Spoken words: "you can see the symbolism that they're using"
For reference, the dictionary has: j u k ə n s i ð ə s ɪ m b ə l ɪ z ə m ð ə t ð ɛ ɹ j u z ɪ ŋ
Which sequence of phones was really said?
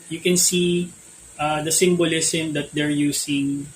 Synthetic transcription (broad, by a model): j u k ə n s i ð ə s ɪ m b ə l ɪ s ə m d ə t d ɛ ɹ j u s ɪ ŋ